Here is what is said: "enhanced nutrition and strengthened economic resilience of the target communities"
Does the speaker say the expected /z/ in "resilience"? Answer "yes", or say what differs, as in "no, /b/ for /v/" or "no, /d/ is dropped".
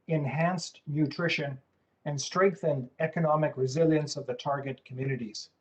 yes